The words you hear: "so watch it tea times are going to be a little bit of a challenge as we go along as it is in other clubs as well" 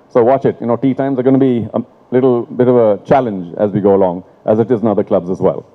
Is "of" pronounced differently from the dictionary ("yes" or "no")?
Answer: no